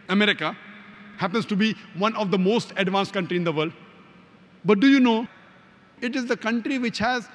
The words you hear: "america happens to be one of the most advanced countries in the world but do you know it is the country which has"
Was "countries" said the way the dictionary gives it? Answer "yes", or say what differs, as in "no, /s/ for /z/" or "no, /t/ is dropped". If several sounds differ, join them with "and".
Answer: no, /z/ is dropped